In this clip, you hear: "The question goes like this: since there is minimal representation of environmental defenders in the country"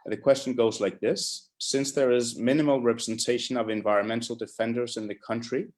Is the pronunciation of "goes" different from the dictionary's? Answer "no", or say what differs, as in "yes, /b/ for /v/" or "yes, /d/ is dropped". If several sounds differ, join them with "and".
no